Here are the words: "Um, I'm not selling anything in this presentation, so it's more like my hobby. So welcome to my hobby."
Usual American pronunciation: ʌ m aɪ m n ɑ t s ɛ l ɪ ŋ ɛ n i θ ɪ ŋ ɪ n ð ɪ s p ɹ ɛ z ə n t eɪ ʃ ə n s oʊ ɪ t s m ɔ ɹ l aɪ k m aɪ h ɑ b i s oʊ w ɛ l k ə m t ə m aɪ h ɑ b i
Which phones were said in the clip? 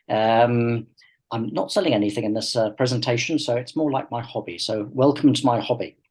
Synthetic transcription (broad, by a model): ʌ m aɪ m n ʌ t s ɛ l ɪ ŋ ɛ n i θ ɪ ŋ ɪ n ð ɪ s p ɹ ɛ z ə n t eɪ ʃ ə n s oʊ ɪ t s m ɔ ɹ l aɪ k m aɪ h ɑ b i s oʊ w ɛ l k ə m t ə m aɪ h ɑ b i